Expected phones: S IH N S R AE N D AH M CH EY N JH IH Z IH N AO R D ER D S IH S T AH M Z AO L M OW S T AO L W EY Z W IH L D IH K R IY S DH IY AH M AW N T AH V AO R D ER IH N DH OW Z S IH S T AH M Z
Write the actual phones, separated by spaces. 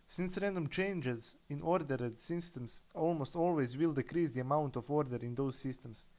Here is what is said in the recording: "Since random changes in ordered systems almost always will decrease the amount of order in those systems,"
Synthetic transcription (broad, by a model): S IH N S R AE N D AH M CH EY N JH IH Z IH N AO R D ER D S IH S T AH M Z AO L M OW S T AO L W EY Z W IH L D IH K R IY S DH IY AH M AW N T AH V AO R D ER IH N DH OW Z S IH S T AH M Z